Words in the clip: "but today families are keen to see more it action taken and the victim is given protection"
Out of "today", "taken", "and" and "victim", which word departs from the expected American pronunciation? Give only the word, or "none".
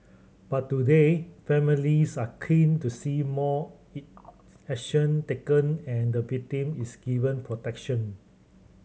victim